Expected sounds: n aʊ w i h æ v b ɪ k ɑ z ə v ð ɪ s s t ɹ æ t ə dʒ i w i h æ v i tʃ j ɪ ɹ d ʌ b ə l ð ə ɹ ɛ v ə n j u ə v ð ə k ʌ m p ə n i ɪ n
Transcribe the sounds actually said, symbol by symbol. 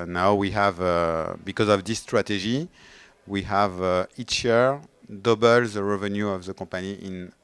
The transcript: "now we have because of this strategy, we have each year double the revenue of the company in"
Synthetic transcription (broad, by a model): n aʊ w i h æ v b ɪ k ɑ z ə v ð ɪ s s t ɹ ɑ t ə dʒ i w i h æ v i tʃ j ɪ ɹ d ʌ b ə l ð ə ɹ ɛ v ə n j u ə v ð ə k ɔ p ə n i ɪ n